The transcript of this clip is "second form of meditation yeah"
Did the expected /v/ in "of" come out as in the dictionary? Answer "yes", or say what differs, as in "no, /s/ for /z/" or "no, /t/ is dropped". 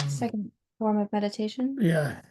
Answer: yes